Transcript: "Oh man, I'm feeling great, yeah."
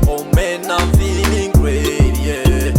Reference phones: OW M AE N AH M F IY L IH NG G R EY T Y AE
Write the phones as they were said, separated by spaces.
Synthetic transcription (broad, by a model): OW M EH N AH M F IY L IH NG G W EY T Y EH